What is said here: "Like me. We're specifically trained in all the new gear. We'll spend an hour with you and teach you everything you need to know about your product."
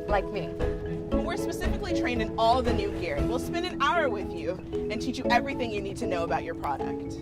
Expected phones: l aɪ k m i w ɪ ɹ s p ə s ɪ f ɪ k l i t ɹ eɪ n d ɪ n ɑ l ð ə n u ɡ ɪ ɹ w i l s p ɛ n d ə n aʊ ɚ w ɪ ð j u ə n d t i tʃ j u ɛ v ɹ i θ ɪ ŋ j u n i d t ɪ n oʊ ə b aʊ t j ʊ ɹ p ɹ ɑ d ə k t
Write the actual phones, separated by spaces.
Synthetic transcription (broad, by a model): l aɪ k m i w ɪ ɹ s p ə s ɪ f ɪ k l i t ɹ eɪ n ɪ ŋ ɑ l ð ə n u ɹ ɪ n w i l s p ɛ n d ə n aʊ ɚ w ɪ ð j u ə n t i tʃ j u ɛ v ɹ i θ ɪ ŋ j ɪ n i d t ɪ n oʊ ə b aʊ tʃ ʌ ɹ p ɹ ɑ d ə k t